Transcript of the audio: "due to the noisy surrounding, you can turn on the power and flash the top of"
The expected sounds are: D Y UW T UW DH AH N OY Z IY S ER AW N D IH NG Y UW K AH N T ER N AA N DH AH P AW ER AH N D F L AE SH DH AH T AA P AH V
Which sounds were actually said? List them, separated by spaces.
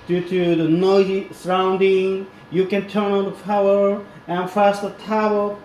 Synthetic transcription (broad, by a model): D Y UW T UW DH AH N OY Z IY S ER AW N D IH NG Y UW K AH N T ER N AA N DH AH F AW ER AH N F AE S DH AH T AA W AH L